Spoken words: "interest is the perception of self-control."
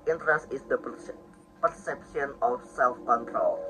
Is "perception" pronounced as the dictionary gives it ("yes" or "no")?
no